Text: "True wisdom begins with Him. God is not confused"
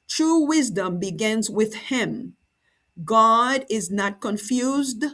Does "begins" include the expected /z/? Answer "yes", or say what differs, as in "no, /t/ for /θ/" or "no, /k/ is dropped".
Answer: yes